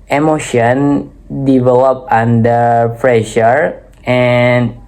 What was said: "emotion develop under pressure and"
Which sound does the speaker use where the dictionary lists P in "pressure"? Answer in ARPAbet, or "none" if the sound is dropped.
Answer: F